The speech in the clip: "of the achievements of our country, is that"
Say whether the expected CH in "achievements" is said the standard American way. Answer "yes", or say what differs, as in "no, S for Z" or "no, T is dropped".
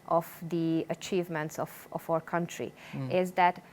yes